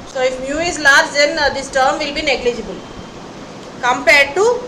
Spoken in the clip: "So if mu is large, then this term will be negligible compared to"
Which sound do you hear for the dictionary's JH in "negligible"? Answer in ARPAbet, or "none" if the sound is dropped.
JH